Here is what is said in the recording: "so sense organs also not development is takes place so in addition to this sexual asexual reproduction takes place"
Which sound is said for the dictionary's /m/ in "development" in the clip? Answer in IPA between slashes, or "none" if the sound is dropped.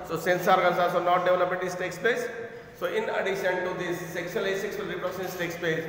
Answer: none